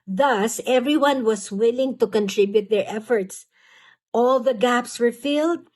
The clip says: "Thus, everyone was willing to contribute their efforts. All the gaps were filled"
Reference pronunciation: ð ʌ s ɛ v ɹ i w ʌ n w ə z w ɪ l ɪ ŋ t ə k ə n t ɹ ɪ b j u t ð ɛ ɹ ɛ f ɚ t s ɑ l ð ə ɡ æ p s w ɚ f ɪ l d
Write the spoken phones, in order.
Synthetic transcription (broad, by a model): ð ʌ s ɛ v ɹ i w ʌ n w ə s w ɪ l ɪ ŋ t ə k ə n t ɹ ɪ b j u t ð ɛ ɹ ɛ f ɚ t s ɑ l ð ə ɡ æ p s w ɚ f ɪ l d